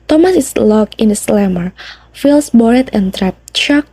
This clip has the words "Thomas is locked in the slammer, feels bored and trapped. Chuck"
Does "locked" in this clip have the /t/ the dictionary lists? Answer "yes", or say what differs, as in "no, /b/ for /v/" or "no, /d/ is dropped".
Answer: no, /t/ is dropped